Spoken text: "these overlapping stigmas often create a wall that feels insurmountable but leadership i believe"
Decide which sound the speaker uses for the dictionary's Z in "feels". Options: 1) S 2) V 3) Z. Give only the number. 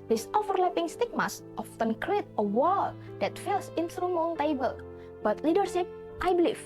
1